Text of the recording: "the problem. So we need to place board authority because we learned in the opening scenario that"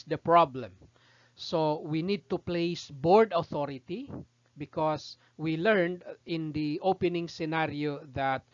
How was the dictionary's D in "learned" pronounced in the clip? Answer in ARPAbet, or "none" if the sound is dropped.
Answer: D